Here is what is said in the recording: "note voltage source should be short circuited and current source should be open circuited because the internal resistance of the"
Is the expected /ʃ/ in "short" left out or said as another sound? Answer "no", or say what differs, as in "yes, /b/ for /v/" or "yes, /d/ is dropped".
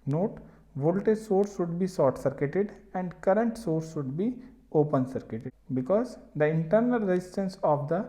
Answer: yes, /s/ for /ʃ/